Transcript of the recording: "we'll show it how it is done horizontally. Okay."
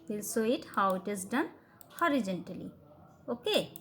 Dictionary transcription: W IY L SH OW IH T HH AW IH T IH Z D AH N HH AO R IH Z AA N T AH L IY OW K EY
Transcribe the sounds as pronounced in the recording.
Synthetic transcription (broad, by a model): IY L S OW IH T HH AW IH T IH Z D AH N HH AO R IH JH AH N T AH L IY OW K EY